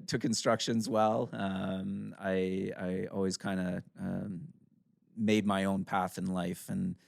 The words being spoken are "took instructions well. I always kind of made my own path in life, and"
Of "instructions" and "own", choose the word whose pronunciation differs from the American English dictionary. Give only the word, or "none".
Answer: none